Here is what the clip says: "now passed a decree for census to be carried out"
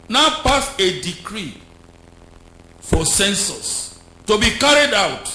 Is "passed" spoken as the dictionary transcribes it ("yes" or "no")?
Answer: no